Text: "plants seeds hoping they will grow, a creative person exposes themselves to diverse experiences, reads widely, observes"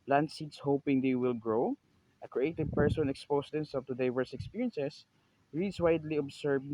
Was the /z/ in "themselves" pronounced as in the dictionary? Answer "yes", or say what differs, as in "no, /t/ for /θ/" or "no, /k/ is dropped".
no, /z/ is dropped